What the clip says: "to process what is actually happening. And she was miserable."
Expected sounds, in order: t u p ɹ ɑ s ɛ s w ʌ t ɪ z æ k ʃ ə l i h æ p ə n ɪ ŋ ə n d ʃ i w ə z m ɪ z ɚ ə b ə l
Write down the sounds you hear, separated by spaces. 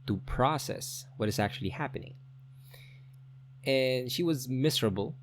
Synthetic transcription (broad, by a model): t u p ɹ ɑ s ɛ s w ʌ t ɪ z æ k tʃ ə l i h æ p ə n ɪ ŋ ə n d ʃ i w ə z m ɪ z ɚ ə b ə l